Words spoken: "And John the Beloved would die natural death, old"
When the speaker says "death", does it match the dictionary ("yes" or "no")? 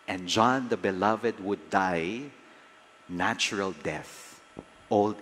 yes